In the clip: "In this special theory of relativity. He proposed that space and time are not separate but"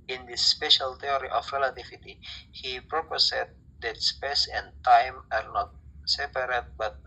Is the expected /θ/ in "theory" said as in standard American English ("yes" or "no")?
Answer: no